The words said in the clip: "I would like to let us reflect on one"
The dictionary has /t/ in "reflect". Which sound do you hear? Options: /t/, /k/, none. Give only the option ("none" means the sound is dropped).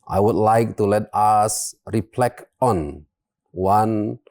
none